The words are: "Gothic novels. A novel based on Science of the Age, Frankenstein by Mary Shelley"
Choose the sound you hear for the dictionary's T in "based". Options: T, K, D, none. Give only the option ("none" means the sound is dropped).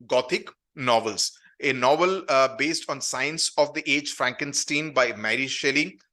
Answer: T